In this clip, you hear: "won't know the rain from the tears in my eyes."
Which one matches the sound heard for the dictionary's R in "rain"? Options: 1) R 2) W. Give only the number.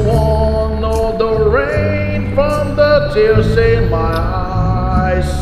1